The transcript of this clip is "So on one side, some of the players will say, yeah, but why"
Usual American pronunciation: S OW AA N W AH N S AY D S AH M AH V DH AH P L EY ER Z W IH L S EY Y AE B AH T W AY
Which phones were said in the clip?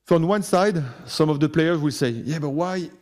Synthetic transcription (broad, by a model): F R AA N W AH N S AY D S AH M AH V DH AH P L EY ER Z W IH L S EY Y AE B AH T W AY